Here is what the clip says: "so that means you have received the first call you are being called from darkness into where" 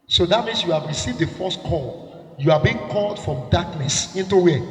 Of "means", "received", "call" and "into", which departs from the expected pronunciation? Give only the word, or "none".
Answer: means